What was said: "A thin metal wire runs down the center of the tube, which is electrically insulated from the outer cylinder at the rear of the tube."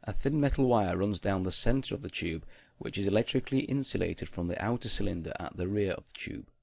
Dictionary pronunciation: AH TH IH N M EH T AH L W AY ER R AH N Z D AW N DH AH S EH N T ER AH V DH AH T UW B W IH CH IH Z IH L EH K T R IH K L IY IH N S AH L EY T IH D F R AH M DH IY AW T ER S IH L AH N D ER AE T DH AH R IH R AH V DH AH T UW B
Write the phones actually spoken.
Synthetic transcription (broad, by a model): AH TH IH N M EH T L W AY ER R AH N Z D AW N DH AH S EH N T ER AH V DH AH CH UW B W IH CH IH Z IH L EH K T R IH K L IY IH N S AH L EY T IH D F R AH M DH IY AW T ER S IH L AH N D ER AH T DH AH R IH R AH V DH AH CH UW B